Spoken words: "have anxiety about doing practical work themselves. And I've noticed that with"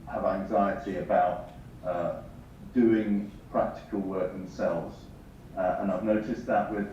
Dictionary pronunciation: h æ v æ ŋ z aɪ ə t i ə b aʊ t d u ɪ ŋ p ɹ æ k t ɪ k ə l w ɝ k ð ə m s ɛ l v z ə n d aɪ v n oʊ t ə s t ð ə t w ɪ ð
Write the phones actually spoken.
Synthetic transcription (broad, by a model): h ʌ v æ ŋ z aɪ ə t i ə b aʊ t d u ɪ ŋ p ɹ æ k t ɪ k ə l w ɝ k ð ə m s ɛ l v z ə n aɪ v n oʊ t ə s ð ə t w ɪ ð